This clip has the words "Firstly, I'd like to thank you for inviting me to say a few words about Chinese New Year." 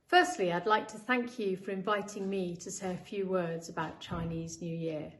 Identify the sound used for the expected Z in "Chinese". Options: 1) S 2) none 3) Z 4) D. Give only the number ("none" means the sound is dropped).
3